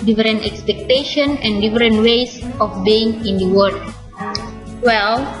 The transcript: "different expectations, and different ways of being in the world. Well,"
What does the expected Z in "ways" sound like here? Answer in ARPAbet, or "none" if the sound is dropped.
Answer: S